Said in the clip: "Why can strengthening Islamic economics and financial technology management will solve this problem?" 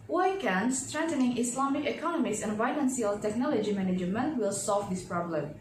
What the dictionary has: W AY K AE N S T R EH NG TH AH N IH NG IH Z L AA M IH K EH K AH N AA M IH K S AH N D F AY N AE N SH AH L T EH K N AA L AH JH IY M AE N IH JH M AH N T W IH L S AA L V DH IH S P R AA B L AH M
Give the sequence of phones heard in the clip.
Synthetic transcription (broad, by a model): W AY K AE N S T R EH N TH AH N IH NG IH S L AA M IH K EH K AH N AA M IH S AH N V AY L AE N S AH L T EH K N AA L AH JH IY M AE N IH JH M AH N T W IH L S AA L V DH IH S P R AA B L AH M